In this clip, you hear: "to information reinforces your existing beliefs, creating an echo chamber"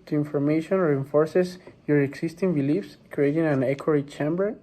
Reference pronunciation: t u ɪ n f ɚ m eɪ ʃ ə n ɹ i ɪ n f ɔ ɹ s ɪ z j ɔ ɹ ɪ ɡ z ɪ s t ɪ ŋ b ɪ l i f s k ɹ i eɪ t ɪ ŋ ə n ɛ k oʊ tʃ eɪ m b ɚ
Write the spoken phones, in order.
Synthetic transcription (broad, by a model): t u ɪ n f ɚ m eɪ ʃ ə n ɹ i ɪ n f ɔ ɹ s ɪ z j ɔ ɹ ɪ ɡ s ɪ s t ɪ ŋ b ɪ l i f s k ɹ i eɪ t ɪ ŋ ə n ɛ k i tʃ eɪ m b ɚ